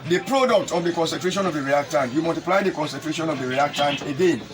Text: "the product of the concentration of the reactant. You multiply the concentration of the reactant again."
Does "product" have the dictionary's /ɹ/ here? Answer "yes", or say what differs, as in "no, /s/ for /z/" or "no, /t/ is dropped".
yes